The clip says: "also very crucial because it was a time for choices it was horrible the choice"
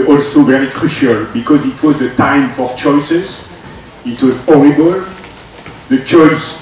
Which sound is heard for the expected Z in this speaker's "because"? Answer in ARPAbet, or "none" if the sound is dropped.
Z